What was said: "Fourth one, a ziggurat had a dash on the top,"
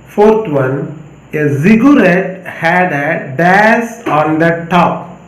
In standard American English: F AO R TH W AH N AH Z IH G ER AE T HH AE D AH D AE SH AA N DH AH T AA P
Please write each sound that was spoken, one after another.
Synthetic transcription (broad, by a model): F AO R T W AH N AH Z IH G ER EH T HH AE D AH D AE S AA N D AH T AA P